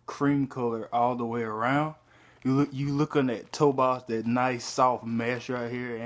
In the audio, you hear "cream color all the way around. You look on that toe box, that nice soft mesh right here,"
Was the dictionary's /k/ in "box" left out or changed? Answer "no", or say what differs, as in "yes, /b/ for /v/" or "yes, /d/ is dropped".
yes, /k/ is dropped